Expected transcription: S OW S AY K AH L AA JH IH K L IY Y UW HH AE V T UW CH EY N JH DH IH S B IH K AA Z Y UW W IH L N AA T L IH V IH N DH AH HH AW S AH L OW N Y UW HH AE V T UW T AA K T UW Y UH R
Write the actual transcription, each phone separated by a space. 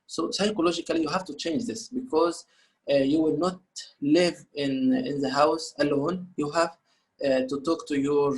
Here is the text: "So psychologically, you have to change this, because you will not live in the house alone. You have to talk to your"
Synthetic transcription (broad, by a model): S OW S AY K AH L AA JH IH K L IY Y UW HH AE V T UW CH EY N JH DH IH S B IH K AA Z Y UW W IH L N AA T L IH V IH N DH AH HH AW S AH L OW N Y UW HH AE V T UW T AA K T UW Y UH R